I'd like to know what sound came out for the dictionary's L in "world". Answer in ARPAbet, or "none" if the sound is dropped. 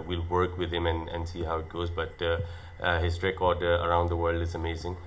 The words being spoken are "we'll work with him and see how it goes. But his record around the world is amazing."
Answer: L